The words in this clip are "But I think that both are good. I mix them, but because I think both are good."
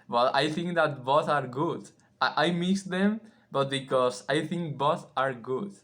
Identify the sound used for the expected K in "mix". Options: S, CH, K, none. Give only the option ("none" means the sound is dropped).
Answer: none